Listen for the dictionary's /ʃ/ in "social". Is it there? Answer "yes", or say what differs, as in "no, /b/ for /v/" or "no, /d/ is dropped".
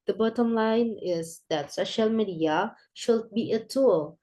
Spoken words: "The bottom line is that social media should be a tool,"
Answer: yes